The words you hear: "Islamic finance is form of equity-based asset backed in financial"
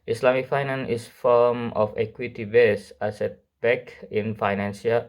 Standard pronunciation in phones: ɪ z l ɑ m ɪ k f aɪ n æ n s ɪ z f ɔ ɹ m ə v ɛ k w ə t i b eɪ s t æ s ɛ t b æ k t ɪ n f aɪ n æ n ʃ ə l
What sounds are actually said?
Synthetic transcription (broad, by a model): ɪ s l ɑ m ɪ k f aɪ n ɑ n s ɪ s f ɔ m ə f ɛ k w ə t i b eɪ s ɑ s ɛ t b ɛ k ɪ n f aɪ n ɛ n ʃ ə